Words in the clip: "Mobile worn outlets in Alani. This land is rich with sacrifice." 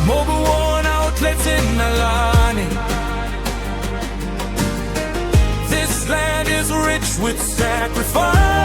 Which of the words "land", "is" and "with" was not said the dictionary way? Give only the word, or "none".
none